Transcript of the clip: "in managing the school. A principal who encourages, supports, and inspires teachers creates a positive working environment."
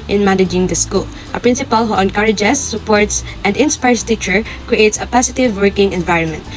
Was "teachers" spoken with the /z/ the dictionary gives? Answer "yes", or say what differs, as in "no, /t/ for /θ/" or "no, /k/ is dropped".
no, /z/ is dropped